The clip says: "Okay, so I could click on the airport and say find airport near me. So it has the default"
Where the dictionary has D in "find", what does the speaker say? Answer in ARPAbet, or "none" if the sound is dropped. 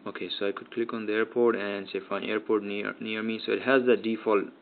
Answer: none